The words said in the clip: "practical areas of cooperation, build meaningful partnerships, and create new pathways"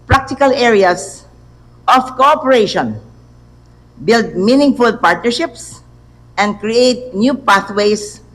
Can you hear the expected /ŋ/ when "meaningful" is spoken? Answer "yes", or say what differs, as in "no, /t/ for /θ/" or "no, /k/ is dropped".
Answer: yes